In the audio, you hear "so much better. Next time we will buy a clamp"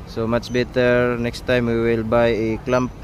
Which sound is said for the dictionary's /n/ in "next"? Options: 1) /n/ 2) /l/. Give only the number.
1